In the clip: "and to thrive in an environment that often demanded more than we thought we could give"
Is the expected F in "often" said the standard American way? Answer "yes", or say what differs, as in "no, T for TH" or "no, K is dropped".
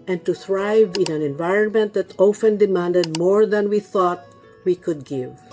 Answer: yes